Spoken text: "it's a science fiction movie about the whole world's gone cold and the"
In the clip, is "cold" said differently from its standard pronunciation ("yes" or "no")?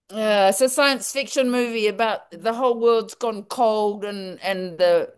no